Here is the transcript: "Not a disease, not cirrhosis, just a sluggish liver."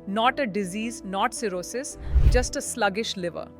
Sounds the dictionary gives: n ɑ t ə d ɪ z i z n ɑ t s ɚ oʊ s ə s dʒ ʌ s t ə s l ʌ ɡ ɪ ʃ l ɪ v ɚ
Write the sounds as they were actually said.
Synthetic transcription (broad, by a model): n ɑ t ə d ɪ z i z n ɑ t s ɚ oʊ s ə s dʒ ʌ s t ə s l ʌ ɡ ɪ ʃ l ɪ v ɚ